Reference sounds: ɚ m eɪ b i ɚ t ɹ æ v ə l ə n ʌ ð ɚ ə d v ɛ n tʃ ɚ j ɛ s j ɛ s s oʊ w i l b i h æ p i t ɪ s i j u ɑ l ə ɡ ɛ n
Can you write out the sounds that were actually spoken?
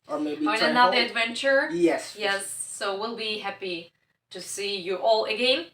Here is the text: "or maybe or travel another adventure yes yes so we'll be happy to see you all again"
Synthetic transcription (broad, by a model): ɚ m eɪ i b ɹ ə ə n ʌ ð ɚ ə d v ɛ n tʃ ɚ j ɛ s j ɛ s s oʊ w i l b i h æ p i t ɪ s i j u ɑ l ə ɡ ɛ n